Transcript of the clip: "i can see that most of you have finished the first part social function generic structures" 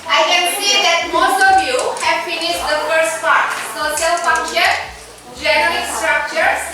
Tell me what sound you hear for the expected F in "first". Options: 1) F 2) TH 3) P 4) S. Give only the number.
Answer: 1